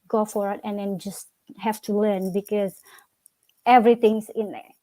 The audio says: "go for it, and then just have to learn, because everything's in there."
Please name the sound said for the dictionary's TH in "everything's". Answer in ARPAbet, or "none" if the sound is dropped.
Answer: T